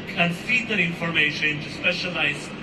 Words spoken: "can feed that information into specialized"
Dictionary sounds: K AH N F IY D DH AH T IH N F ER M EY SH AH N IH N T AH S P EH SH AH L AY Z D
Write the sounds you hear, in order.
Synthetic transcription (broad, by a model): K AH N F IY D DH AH T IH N F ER M EY AH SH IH N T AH S P EH SH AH L AY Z